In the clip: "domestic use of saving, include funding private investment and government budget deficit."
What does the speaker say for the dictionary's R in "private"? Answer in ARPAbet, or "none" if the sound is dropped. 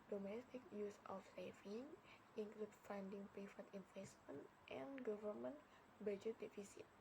none